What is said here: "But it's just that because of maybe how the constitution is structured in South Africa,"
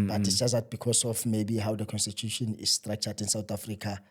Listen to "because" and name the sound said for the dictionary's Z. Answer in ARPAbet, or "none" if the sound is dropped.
S